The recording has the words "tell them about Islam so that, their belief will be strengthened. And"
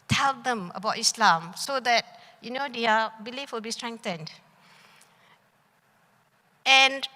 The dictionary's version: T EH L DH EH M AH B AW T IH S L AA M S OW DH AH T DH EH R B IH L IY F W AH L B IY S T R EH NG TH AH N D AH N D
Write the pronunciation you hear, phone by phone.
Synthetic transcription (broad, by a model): T EH L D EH M AH B AW T IH S L AA M S OW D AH T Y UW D B IH L IY F W AH L B IY S T R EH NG T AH N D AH N